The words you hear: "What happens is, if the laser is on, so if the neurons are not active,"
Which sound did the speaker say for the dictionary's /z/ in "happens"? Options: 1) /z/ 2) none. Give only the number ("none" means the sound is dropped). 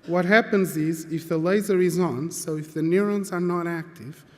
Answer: 1